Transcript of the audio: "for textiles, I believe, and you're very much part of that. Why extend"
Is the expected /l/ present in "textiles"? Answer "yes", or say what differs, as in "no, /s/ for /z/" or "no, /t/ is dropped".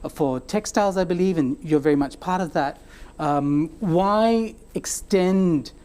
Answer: yes